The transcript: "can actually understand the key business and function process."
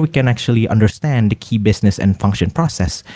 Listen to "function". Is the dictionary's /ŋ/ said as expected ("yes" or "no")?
yes